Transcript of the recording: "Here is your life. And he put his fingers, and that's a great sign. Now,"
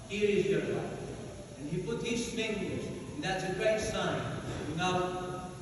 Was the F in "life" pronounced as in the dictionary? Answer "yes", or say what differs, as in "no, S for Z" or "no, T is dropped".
no, F is dropped